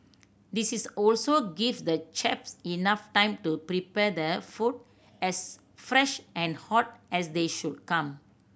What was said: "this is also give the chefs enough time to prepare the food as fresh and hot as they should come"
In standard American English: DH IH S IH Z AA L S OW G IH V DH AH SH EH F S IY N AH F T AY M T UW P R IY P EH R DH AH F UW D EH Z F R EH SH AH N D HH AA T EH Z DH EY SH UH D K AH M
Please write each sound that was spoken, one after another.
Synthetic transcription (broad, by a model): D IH S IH S AA L S OW G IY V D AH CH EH P S IY N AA F T AY M T UW P R IY P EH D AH F UW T EH S F R EH SH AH N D HH AA T EH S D EY SH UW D K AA M